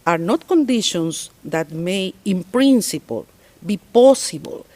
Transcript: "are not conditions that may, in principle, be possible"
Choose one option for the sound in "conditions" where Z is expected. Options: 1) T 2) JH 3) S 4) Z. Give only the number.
3